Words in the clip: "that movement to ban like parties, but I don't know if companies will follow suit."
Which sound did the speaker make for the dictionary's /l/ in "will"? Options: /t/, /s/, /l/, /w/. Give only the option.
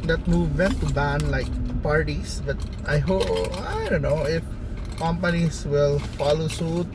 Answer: /l/